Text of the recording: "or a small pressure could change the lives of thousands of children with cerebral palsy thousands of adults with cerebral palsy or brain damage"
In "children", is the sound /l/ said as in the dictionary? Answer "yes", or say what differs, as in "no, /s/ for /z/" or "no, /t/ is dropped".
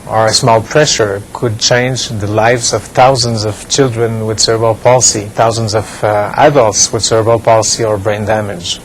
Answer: yes